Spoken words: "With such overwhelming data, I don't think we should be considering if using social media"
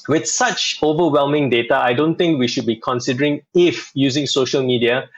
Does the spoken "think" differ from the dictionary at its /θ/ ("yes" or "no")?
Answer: yes